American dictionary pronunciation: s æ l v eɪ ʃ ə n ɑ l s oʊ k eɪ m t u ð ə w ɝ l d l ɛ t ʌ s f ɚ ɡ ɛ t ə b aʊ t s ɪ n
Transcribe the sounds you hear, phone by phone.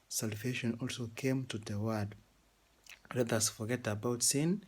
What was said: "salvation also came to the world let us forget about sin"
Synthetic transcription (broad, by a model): s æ l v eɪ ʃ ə n ɑ l s oʊ k eɪ m t u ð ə w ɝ d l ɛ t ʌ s f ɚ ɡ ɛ t ə b aʊ t s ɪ n